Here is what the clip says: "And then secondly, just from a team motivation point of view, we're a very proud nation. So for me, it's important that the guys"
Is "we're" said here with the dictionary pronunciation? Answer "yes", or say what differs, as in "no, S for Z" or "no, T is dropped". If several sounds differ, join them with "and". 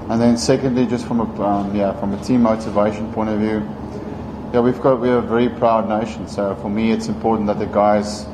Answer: no, W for R